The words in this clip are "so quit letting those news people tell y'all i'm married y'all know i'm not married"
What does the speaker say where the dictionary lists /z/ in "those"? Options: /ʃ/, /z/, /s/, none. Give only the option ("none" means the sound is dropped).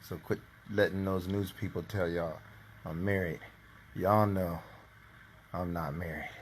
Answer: /z/